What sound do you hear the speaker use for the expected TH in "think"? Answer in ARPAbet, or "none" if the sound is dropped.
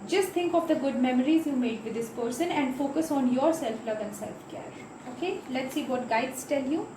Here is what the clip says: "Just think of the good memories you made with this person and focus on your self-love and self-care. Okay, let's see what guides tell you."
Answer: T